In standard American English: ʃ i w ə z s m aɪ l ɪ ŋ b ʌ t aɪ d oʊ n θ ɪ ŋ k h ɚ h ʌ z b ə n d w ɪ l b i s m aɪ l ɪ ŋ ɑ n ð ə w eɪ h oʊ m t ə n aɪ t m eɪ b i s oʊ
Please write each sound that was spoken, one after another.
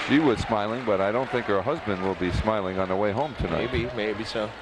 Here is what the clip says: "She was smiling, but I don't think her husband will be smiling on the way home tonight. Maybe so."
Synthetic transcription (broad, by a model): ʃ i w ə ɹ s m aɪ l ɪ ŋ b ʌ t aɪ d oʊ n θ ɪ ŋ k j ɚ h ʌ z b ə n d w ɪ l b i s m aɪ l ɪ ŋ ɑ n ð ə w eɪ h oʊ m t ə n aɪ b m eɪ b i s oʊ